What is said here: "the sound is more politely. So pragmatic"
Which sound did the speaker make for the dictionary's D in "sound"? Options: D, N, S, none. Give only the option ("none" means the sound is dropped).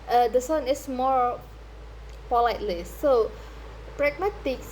none